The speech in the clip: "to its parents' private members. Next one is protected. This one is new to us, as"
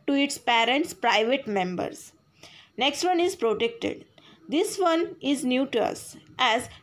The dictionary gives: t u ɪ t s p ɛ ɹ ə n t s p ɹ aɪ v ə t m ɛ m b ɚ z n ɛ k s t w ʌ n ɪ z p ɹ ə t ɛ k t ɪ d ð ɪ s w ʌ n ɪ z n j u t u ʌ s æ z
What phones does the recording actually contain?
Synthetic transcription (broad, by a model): t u ɪ t s p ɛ ɹ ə n t s p ɹ aɪ v ə t m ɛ m b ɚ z n ɛ k s t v ʌ n ɪ z p ɹ ə t ɛ k t ɪ d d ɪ s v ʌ n ɪ z n j u t u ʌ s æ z